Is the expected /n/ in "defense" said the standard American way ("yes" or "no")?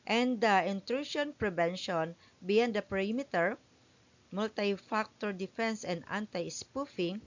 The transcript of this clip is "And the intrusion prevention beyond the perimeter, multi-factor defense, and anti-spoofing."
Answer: yes